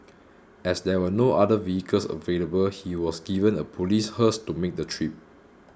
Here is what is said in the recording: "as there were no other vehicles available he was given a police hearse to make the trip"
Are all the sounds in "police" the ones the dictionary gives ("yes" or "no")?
yes